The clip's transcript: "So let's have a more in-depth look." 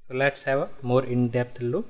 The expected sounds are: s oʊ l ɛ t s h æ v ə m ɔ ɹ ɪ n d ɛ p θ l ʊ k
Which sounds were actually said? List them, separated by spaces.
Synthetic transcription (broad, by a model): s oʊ l ɛ t s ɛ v ə m ɔ ɹ ɪ n d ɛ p t l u